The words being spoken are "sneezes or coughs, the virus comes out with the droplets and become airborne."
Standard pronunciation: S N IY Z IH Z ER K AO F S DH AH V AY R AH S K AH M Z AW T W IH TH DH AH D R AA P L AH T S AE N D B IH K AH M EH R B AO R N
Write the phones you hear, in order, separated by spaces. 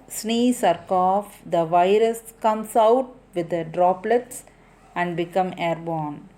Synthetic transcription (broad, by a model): S N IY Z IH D K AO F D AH V AY R AH S K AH M S AW T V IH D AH D R AA P L AH T S AE N D B IH K AH M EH R B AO N